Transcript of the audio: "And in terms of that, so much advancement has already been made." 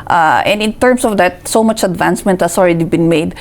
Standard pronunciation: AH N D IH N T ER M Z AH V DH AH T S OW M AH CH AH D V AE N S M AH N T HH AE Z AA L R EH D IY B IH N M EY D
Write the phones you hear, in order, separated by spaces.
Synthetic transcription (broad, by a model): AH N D IH N T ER M S AH V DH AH T S OW M AH CH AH D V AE N S M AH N T HH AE S AA L R EH D IY B IH N M EY D